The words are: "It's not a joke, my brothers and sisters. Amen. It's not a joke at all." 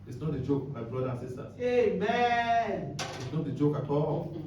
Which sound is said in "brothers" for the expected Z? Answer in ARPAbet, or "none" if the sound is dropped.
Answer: none